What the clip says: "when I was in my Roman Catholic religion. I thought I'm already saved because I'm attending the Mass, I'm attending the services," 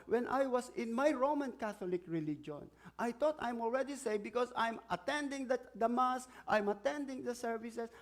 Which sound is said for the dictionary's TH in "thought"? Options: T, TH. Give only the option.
T